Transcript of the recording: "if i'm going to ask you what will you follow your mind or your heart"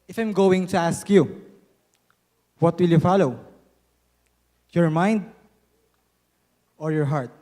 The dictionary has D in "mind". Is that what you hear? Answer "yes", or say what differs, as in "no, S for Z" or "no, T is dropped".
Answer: yes